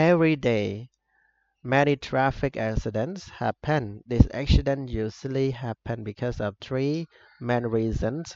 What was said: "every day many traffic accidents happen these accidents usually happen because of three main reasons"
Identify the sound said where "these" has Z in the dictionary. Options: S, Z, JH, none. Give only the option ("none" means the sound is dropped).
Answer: S